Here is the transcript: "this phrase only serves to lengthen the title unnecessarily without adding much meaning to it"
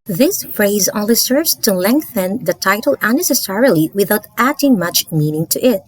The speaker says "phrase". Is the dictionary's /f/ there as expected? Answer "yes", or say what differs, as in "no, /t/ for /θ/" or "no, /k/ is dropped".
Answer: yes